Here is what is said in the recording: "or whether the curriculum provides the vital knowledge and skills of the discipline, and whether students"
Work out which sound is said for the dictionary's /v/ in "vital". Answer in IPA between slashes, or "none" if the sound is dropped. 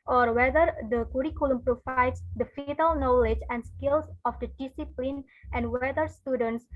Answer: /f/